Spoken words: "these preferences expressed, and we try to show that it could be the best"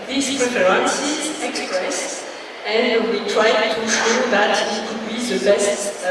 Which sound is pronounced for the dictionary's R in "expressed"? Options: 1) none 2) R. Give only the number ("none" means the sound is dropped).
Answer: 2